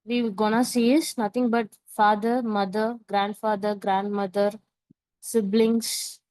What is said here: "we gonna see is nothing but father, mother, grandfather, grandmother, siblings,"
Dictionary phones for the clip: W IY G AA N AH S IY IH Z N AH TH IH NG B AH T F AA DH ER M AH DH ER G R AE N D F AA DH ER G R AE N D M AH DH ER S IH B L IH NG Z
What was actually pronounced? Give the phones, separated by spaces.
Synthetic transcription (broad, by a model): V IY G AA N AH S IY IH S N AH T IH NG B AH T F AA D ER M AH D ER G R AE N D F AA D ER G R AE N D M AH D ER S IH B L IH NG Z